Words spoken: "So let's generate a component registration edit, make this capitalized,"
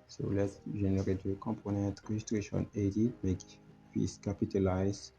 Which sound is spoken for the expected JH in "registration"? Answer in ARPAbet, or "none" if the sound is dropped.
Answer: ZH